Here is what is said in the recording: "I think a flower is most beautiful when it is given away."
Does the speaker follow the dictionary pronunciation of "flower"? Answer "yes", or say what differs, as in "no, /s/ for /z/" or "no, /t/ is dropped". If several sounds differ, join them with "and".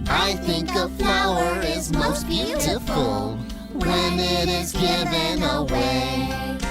no, /l/ is dropped